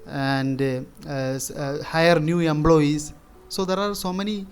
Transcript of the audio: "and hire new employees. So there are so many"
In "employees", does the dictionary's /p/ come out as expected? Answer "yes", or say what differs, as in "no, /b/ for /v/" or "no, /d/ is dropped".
no, /b/ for /p/